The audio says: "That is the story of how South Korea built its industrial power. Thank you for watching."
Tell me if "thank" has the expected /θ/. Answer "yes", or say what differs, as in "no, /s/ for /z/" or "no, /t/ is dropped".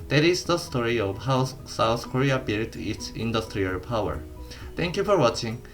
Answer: no, /t/ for /θ/